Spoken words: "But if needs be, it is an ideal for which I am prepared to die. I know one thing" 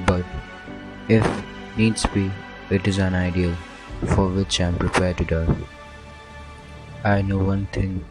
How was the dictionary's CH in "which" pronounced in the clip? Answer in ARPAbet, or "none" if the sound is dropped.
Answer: CH